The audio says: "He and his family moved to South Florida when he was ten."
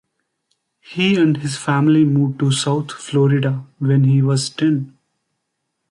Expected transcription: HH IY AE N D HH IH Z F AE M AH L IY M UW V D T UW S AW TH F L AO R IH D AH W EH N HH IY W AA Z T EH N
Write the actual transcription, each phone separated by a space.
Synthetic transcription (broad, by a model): HH IY AE N D HH IH Z F AE M AH L IY M UW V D T UW S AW T F L AO R IH D AH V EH N HH IY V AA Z T EH N